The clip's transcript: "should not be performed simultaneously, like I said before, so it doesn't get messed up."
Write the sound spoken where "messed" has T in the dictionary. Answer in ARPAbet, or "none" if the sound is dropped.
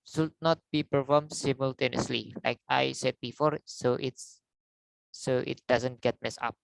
none